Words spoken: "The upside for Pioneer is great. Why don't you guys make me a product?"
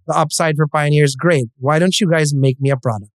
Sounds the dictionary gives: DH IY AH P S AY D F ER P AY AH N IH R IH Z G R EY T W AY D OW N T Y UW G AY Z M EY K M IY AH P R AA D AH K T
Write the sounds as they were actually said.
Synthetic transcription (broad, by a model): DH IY AH P S AY D F ER P AY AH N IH R IH Z G R EY T W AY D OW N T Y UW G AY Z M EY K M IY AH P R AA D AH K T